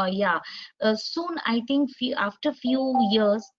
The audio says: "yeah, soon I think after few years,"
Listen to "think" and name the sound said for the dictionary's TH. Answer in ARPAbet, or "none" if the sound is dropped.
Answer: T